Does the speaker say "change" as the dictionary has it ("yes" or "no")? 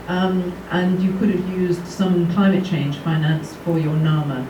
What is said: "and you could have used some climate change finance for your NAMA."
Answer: no